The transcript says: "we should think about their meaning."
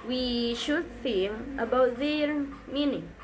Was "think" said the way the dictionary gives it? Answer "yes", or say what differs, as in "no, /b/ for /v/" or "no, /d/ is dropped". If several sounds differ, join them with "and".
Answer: no, /k/ is dropped